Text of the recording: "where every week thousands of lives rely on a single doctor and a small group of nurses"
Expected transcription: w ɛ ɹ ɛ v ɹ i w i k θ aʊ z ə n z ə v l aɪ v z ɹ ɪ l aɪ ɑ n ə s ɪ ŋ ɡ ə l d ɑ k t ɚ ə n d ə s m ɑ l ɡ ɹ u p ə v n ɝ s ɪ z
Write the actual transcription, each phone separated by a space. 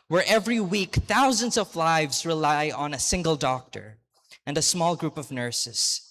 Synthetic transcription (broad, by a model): w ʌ ɹ ɛ v ɹ i w i k θ aʊ z ə n z ə v l aɪ v z ɹ ɪ l aɪ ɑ n ə s ɪ ŋ ɡ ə l d ɑ k t ɚ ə n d ə s m ɑ l ɡ ɹ u p ə v n ɝ s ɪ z